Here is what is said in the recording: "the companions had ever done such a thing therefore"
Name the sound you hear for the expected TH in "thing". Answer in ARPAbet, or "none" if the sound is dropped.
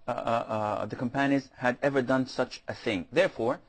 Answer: TH